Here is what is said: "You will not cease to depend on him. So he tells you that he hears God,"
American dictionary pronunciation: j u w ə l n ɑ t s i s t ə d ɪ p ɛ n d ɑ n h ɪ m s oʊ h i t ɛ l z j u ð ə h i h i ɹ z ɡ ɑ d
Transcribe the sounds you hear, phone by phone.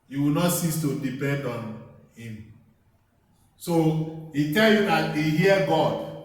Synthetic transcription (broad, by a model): j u w ə l n ɑ t s i s t ə d ɪ p ɛ n d ɑ n h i m s oʊ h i t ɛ l j u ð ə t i h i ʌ ɡ ɑ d